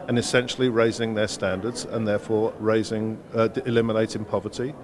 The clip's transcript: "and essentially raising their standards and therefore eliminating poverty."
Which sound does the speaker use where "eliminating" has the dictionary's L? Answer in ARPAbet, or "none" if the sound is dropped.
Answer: L